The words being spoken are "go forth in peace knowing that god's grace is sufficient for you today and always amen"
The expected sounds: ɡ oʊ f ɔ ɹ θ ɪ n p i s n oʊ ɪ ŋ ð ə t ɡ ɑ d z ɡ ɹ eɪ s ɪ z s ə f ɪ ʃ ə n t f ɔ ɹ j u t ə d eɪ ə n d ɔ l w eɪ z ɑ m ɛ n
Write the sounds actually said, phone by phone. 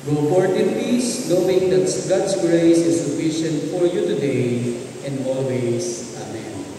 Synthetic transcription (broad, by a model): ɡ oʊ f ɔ ɹ t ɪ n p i s n oʊ ɪ ŋ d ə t ɡ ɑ d s ɡ ɹ eɪ s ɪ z s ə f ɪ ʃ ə n t f ɔ ɹ j u t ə d eɪ ə n d ɔ l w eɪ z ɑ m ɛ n